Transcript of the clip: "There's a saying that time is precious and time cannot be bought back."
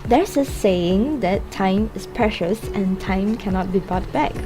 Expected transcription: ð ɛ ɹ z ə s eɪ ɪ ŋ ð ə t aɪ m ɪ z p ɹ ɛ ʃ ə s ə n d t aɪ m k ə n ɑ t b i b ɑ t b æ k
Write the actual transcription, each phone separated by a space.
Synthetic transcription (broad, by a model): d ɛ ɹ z ə s eɪ ɪ ŋ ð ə t aɪ m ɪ s p ɹ ɛ ʃ ə s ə n t aɪ m k ə n ɑ t b i b ɑ t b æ k